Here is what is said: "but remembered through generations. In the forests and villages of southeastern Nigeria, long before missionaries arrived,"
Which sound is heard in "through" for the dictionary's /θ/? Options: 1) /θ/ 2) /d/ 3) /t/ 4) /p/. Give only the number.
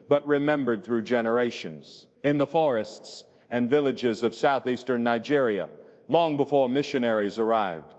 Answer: 1